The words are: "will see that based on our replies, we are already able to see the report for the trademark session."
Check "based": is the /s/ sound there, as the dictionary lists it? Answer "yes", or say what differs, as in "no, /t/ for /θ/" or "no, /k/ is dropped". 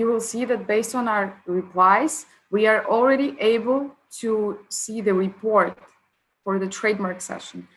yes